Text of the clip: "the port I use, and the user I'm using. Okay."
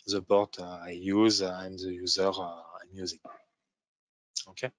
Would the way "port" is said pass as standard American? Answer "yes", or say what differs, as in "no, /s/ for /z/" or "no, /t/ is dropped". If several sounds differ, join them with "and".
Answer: no, /b/ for /p/